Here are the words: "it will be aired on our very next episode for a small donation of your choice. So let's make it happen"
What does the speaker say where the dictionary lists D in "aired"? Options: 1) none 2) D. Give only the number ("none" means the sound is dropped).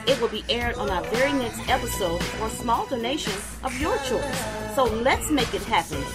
2